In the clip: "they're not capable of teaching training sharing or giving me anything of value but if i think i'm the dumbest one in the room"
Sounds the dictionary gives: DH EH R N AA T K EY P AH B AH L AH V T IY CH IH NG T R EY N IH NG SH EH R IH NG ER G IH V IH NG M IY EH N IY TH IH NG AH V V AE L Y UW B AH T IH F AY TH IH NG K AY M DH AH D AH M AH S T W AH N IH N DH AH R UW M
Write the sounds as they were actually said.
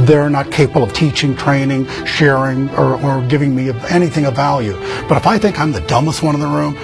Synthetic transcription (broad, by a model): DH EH R N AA T K EY P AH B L AH V T IY CH IH NG T R EY N IH NG SH EH R IH NG ER G IH V IH NG M IY EH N IY TH IH NG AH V V AE L Y UW B AH T IH F AY TH IH NG K AY M DH AH D AH M AH S T W AH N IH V DH AH R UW M